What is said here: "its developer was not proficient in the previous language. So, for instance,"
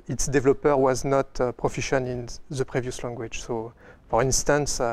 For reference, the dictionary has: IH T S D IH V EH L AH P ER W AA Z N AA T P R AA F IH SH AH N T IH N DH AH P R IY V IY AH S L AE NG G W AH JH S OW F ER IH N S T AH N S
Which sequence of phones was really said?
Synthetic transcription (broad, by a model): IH T S D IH V L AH P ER W AA Z N AA T P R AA F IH SH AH N IH N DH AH P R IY V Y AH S L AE NG G W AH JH S OW F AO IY N S T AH N S